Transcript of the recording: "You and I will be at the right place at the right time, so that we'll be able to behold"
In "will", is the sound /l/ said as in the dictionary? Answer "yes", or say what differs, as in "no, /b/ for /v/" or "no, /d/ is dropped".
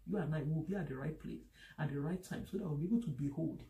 no, /w/ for /l/